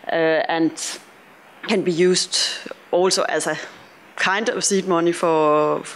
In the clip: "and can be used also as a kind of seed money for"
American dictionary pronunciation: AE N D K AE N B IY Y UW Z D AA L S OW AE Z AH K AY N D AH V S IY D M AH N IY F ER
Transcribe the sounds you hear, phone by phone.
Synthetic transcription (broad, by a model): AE N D K AE N B IY Y UW S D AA L S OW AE S AH K AY N D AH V S IY D M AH N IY F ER